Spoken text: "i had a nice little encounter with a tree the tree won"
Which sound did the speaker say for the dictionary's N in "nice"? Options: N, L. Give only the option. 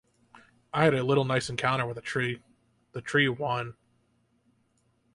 L